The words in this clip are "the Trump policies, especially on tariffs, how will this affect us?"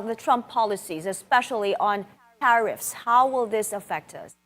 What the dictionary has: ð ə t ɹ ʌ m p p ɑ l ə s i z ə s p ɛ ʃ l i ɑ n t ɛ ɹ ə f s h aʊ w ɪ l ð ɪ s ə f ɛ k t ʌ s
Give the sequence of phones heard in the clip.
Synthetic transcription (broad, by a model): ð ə t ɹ ʌ m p p ɑ l ə s i z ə s p ɛ ʃ l i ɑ n t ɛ ɹ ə f s h aʊ w ɪ l ð ɪ s ə f ɛ k t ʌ s